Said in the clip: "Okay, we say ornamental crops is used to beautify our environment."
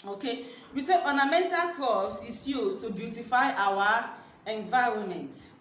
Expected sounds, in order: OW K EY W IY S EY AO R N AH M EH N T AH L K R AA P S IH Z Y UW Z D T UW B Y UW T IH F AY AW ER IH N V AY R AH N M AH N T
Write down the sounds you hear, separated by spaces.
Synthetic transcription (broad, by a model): OW K EY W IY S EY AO N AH M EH N T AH L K AA S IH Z Y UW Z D T UW B Y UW T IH F AY AW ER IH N V AY R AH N M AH N T